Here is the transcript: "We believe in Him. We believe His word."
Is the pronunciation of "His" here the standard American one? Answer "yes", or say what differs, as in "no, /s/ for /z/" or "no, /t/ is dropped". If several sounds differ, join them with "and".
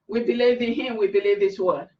no, /s/ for /z/